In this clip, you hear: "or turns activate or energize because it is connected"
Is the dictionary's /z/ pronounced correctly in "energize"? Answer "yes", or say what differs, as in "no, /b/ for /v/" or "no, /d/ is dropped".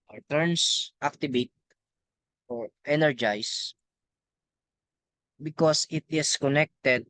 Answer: no, /s/ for /z/